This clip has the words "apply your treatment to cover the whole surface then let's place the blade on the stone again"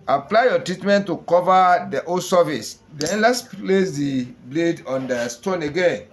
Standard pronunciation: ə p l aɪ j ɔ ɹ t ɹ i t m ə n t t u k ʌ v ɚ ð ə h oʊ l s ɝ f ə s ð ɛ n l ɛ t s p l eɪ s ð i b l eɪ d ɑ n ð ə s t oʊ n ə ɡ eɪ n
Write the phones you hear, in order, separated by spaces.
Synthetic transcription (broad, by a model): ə p l aɪ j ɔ t ɹ i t m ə n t t u k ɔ v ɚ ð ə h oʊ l s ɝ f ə s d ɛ n l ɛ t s p l eɪ s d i b l eɪ d ɑ n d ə s t oʊ n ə ɡ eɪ n